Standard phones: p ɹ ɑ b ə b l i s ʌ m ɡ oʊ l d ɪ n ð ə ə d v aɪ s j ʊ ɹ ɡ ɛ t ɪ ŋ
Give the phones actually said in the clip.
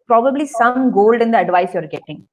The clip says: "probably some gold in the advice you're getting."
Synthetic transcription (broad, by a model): p ɹ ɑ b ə b l i s ʌ m ɡ oʊ l d ɪ n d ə ə d v aɪ s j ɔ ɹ ɡ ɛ t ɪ ŋ